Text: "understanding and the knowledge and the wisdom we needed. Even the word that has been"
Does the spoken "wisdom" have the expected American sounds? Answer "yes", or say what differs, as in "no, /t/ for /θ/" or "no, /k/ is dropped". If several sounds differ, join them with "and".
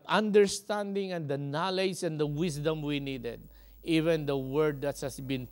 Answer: no, /s/ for /z/